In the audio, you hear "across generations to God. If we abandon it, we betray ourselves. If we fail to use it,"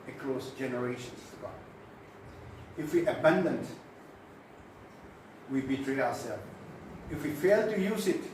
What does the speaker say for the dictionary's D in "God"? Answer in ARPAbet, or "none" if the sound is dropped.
none